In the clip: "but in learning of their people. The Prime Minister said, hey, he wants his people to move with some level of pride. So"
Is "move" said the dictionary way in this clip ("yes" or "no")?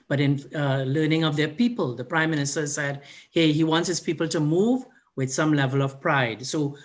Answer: yes